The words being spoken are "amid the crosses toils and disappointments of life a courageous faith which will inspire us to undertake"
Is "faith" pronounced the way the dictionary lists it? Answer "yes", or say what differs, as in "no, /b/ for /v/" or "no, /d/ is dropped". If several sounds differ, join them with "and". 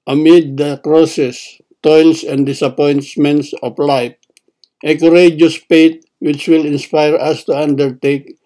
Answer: no, /p/ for /f/ and /t/ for /θ/